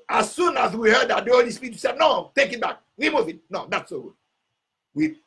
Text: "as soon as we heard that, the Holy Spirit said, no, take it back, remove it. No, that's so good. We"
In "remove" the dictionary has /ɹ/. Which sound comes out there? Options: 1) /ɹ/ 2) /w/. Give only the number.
2